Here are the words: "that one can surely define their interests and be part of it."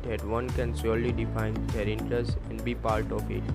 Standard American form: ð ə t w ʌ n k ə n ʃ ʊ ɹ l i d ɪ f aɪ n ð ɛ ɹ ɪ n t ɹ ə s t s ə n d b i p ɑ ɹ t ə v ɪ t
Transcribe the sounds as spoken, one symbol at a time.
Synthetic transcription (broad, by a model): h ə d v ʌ n k ə n s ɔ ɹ l i d ɪ f aɪ n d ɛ ɹ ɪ n t ɹ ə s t ə n d b i p ɑ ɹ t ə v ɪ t